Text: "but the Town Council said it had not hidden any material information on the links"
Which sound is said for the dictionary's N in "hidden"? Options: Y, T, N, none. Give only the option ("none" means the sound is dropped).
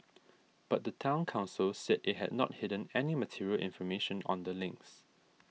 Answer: N